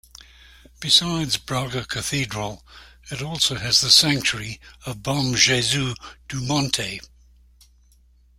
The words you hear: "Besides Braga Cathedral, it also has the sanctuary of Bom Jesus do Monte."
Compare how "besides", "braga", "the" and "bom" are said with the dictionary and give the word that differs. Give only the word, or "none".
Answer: none